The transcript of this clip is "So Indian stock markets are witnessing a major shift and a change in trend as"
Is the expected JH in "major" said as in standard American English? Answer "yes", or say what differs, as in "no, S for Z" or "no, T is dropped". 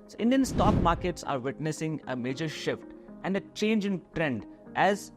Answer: yes